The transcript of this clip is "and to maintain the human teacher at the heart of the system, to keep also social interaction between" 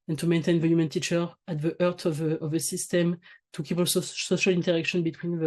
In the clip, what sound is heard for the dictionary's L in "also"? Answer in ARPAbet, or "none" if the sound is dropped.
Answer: none